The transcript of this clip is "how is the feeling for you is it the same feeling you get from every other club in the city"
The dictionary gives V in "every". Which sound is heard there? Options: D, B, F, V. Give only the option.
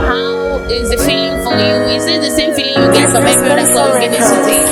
B